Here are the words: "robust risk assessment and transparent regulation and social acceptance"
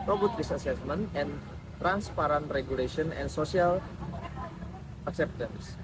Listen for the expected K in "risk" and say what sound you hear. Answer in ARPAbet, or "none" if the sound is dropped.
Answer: none